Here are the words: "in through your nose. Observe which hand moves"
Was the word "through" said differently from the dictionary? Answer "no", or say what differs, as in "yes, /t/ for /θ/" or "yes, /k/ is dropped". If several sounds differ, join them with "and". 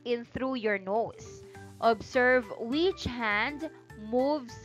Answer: no